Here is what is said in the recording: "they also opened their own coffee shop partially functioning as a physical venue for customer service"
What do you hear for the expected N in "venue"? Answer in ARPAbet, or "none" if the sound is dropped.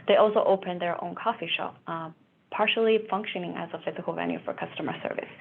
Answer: L